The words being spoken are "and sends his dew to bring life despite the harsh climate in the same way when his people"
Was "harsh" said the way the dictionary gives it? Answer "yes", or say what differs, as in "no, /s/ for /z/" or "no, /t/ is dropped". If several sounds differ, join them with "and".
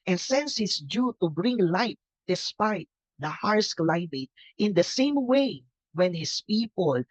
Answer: no, /s/ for /ʃ/